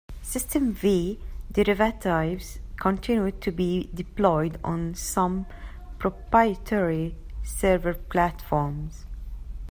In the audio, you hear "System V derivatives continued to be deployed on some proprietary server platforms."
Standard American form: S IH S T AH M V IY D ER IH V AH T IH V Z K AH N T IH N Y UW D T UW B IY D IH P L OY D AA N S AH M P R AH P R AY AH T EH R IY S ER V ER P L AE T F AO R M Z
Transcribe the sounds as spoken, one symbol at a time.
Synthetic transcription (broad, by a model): S IH S T AH M V IY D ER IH V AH T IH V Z K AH N T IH N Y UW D T UW B IY D IH P L OY D AA N S AH M P R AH P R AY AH T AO R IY S ER V ER P L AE T F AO R M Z